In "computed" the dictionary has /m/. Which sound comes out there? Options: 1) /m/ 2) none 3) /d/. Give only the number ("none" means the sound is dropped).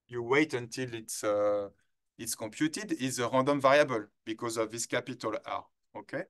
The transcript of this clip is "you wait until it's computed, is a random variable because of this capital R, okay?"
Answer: 2